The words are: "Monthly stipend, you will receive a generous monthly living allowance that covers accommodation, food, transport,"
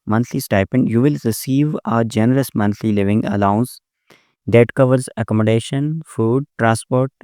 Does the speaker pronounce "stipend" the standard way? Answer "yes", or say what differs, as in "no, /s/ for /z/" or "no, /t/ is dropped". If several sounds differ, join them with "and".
yes